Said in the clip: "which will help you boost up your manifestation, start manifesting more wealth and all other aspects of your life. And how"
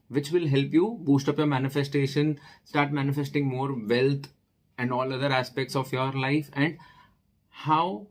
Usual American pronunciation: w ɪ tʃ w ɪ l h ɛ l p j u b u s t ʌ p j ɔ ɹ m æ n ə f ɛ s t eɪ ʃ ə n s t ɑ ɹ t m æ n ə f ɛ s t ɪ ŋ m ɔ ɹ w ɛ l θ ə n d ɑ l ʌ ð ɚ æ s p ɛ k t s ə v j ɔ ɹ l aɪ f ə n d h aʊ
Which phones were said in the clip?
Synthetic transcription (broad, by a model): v ɪ tʃ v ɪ l h ɛ l p j u b u s t ʌ p j ɔ ɹ m æ n ə f ɛ s t eɪ ʃ ə n s t ɑ ɹ t m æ n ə f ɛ s t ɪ ŋ m ɔ ɹ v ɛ l t ə n d ɑ l ʌ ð ɚ æ s p ɛ k t s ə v j ɔ ɹ l aɪ f ə n d h aʊ